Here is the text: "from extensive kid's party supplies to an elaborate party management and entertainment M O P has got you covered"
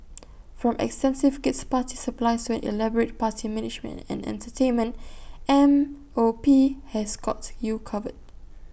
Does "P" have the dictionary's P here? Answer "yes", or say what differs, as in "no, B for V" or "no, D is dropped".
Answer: yes